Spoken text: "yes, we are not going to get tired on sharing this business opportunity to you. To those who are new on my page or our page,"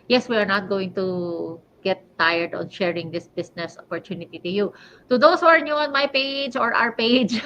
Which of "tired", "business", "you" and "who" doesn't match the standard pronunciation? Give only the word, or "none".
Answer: business